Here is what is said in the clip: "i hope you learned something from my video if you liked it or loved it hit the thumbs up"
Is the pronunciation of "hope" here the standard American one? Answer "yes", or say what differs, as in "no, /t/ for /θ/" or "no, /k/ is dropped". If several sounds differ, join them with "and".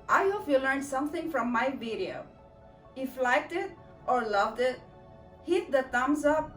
no, /f/ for /p/